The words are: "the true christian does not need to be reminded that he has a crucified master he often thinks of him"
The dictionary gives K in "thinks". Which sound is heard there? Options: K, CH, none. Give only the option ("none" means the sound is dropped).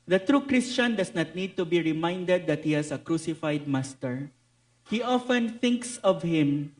K